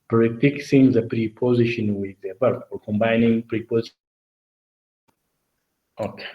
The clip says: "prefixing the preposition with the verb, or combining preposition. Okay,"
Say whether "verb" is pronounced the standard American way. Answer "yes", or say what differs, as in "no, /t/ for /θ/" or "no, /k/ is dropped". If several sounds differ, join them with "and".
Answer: no, /b/ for /v/